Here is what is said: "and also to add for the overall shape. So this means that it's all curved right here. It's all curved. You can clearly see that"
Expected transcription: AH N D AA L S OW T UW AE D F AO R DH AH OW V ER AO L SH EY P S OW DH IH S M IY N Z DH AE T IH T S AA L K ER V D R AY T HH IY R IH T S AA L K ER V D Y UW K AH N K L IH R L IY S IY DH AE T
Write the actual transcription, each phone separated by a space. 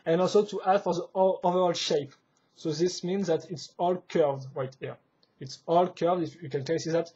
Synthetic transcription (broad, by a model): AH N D AA L S OW T UW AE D F AO R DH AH OW V ER AO L SH EY P S OW DH IH S M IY N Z DH AE T IH T S AA L K ER V D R AY T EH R IH T S AA L K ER V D Y UW K AH N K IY S IY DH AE T